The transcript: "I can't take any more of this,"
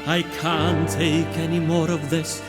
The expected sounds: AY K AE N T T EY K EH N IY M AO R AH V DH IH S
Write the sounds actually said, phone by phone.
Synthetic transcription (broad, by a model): AY K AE N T T EY K EH N IY M AO R AH V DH IH S